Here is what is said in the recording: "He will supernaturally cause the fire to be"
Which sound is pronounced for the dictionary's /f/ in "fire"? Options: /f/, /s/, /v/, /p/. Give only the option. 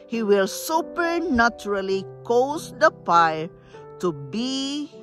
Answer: /p/